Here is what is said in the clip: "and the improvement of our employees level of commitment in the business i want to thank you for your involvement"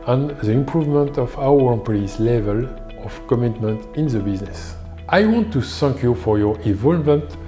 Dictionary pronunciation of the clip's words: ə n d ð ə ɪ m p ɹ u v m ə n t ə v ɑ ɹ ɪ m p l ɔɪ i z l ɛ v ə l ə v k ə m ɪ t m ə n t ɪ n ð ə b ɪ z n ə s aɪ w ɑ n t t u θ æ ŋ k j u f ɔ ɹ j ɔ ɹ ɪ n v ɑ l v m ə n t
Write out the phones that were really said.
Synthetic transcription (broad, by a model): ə n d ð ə ɪ m p ɹ u v m ə n t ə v ɑ w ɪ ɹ p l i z l ɛ v ə l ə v k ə m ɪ t m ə n t ɪ n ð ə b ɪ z n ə s aɪ w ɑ n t t u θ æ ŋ k j u f ɔ ɹ j ɔ ɹ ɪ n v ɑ l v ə n t